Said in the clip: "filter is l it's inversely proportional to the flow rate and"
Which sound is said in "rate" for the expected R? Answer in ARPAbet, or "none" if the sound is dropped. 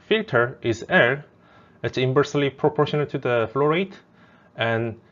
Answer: R